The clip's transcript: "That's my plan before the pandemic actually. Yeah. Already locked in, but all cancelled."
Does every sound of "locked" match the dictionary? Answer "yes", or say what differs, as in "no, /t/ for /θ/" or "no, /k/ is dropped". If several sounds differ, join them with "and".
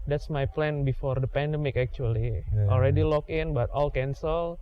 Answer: no, /t/ is dropped